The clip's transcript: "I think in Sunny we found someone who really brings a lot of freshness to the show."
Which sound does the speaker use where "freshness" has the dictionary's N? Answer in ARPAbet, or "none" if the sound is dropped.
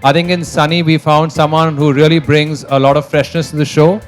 N